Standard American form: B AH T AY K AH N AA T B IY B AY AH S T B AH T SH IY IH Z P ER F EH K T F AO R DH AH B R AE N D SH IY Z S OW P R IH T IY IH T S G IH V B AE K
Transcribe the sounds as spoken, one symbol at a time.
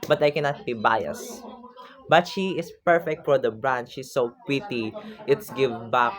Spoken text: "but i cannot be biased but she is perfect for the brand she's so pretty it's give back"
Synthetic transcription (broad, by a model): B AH T AY K AH N AA T B IY B AY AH S B AH T SH IY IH S P ER F EH K T F AO R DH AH B R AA N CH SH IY S OW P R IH T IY IH T S G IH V B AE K